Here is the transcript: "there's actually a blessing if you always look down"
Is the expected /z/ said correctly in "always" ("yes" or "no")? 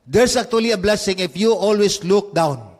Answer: no